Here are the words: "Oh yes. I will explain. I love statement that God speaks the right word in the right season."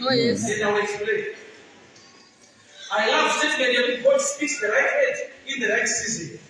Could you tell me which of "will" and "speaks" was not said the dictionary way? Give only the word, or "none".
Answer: will